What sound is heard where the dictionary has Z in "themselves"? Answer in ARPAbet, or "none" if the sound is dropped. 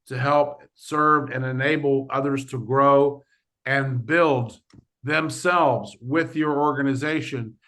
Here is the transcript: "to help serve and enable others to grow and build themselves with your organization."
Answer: Z